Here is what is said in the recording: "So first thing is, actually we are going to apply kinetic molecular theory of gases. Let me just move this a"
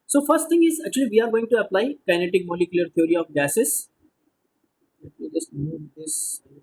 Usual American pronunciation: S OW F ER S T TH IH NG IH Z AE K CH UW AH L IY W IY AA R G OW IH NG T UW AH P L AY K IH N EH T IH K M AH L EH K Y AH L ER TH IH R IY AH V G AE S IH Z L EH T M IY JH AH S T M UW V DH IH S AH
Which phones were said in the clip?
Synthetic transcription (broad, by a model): S OW F ER S T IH NG IH Z AE K CH UW AH L IY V IY AA R G OW IH NG T UW AH P L AY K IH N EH T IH K M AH L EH K Y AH L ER T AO R IY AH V G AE S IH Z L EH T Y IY JH AH S T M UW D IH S